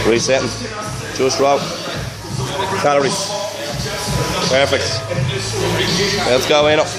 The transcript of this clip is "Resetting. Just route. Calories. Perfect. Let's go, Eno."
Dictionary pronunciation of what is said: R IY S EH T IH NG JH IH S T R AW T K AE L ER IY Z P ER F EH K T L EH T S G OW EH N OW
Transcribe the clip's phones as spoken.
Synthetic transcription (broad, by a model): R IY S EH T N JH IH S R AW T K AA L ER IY P ER F EH K T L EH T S G OW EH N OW